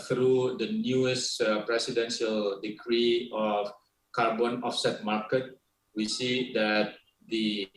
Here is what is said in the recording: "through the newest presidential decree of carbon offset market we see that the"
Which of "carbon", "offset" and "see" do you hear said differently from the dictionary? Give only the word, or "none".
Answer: none